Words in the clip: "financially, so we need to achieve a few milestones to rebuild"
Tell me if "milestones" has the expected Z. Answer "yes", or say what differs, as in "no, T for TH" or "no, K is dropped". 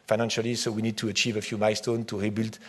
no, Z is dropped